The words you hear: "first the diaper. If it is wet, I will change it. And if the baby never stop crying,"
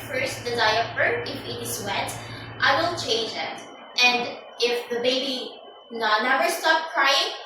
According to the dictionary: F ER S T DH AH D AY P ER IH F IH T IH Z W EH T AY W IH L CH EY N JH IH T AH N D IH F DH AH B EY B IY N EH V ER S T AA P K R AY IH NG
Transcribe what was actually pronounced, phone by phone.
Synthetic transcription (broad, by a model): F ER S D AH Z AY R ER IH F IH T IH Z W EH T AY W IH L CH EY N JH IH T AH N D IH F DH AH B EY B IY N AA W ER S T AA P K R AY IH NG